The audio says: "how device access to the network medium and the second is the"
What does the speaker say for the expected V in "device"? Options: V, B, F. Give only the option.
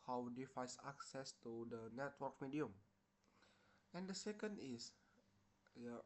F